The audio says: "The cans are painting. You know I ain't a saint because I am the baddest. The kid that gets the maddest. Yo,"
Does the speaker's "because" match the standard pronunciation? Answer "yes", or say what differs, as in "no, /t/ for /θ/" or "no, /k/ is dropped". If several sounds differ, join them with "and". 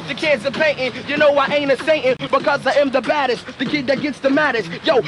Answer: yes